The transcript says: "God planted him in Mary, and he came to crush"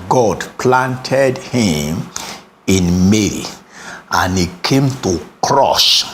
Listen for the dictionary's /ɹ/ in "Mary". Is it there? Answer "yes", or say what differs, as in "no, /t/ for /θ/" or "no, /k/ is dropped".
no, /l/ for /ɹ/